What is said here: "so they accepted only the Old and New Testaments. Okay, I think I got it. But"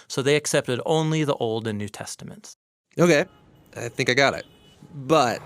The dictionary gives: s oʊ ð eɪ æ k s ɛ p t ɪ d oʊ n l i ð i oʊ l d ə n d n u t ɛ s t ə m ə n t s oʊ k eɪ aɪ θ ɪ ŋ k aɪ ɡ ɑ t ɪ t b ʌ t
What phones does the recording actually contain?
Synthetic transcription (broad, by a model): s oʊ ð eɪ æ k s ɛ p t ɪ d oʊ n l i ð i oʊ l d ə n n u t ɛ s t ə m ə n t s oʊ k eɪ aɪ θ ɪ ŋ k aɪ ɡ ɑ t ɪ t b ʌ t